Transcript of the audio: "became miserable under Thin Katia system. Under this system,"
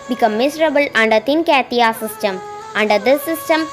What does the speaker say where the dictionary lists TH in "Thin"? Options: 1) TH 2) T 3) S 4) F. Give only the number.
2